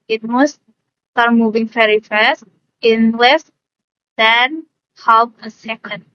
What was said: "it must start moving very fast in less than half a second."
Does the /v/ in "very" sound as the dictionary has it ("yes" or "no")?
no